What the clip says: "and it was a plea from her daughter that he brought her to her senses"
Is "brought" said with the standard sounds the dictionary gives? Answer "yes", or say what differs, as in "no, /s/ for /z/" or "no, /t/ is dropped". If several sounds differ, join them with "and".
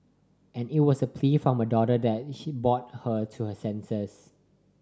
no, /ɹ/ is dropped